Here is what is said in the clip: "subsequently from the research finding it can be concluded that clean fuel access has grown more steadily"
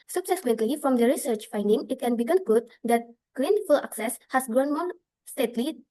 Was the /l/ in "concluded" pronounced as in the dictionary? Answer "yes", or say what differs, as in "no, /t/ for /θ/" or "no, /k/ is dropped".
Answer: no, /l/ is dropped